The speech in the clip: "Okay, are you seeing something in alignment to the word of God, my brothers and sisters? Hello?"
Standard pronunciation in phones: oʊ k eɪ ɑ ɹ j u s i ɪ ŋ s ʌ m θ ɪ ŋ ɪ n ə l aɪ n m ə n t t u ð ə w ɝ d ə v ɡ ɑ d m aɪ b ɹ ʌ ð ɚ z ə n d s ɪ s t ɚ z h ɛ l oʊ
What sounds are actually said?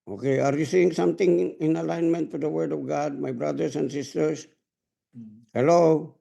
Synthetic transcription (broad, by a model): oʊ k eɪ ɑ ɹ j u s i ɪ ŋ s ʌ m t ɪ ŋ ɪ n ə l aɪ n m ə n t t u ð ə w ɝ d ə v ɡ ɑ d m aɪ b ɹ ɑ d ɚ s ə n d s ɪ s t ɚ s h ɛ l oʊ